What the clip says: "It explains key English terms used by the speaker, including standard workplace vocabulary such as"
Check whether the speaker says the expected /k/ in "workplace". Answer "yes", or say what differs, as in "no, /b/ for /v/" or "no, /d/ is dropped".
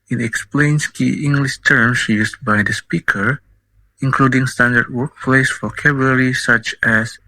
yes